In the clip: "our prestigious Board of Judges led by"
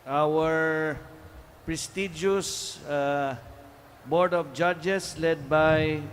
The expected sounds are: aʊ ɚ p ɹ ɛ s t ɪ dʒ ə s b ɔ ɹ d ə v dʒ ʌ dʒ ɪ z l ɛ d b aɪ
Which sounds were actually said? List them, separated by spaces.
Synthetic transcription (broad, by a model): aʊ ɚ p ɹ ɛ s t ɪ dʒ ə s b ɔ ɹ d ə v dʒ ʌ dʒ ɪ s l ɛ d b aɪ